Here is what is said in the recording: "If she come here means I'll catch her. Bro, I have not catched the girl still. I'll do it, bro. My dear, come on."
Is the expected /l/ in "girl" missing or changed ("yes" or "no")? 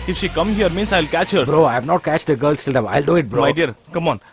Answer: no